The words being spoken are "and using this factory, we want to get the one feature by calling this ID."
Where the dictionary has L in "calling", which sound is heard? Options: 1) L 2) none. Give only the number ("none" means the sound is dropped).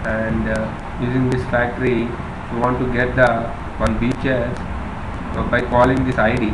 1